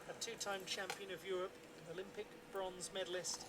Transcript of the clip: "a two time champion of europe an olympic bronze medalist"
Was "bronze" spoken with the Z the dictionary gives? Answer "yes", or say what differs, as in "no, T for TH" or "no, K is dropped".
yes